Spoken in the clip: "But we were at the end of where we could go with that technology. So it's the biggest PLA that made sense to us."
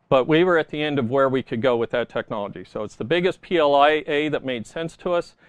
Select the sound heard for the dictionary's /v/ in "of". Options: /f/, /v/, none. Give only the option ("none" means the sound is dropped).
/v/